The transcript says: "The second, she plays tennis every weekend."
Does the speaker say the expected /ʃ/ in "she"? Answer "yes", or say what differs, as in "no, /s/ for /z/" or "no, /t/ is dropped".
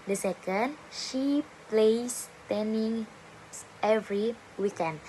yes